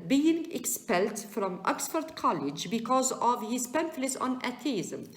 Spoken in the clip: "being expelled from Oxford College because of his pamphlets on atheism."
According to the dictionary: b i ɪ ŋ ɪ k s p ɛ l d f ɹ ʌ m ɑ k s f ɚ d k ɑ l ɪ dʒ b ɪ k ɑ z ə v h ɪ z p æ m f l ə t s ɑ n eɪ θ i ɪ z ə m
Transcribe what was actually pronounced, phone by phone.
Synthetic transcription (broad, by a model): b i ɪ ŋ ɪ k s p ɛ l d f ɹ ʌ m ɑ k s f ɚ d k ɑ l ɪ dʒ b ɪ k ɑ z ə v h ɪ z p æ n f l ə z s ɑ n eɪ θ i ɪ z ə m